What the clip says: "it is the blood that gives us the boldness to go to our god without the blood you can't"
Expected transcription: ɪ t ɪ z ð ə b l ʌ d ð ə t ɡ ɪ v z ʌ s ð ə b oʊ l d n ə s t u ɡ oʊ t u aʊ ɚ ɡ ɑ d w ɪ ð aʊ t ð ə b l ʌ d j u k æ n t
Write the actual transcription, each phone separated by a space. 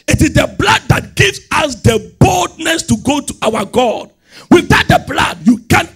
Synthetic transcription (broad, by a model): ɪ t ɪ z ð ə b l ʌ d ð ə t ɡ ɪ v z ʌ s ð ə b oʊ l d n ə s t u ɡ oʊ t u aʊ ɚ ɡ ɑ d w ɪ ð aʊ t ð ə b l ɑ d j u k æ n